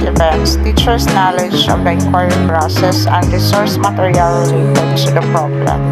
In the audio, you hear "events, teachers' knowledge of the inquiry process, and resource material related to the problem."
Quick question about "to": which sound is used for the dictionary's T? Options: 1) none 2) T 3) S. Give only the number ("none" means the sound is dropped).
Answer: 3